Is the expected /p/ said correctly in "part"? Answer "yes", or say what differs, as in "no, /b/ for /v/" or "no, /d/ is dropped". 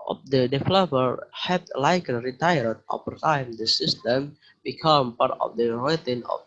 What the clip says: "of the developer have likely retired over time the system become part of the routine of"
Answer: yes